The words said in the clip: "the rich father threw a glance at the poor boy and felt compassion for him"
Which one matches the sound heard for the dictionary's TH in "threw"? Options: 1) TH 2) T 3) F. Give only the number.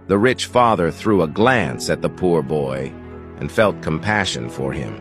1